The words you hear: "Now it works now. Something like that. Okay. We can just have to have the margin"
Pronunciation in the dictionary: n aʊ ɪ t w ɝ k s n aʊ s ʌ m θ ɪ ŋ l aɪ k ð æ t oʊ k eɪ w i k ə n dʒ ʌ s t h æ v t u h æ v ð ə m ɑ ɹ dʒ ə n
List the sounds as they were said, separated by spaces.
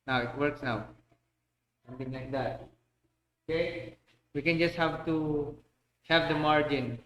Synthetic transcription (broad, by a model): n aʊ ɪ t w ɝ k s n aʊ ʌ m t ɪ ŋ l aɪ k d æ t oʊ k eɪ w i k ə n dʒ ʌ s t h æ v t u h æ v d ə m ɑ ɹ dʒ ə n